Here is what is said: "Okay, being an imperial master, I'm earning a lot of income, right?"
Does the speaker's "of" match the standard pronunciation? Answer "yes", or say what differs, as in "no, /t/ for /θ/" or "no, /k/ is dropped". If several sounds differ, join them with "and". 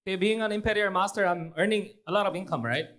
no, /b/ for /v/